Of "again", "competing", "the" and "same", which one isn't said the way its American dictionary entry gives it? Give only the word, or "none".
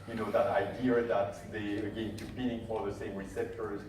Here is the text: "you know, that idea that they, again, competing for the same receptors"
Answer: competing